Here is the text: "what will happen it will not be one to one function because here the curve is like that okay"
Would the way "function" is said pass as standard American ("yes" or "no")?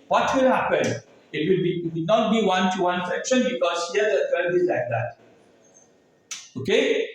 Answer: no